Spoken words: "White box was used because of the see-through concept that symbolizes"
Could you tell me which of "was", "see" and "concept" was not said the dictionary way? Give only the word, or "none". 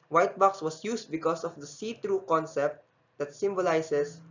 was